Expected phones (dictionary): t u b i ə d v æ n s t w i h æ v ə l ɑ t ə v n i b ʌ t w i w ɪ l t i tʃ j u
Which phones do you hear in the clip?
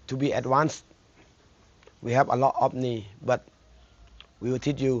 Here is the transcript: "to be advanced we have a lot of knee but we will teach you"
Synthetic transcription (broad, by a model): t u b i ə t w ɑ n s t w i h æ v ə l ɑ t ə p n i b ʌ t w i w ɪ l t i tʃ j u